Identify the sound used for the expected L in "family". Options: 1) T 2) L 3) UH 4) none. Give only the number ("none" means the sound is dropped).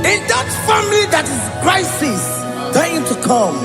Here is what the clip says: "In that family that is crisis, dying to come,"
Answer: 4